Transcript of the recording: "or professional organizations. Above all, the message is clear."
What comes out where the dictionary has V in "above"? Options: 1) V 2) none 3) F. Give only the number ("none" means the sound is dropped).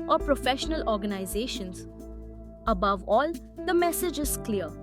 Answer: 1